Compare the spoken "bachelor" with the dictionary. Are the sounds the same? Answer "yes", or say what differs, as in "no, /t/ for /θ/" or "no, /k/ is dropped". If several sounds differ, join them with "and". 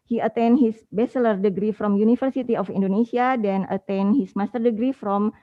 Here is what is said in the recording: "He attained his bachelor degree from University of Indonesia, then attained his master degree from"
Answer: no, /s/ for /tʃ/